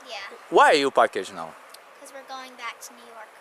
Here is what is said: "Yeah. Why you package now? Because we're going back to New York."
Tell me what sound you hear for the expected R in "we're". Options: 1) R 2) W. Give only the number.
1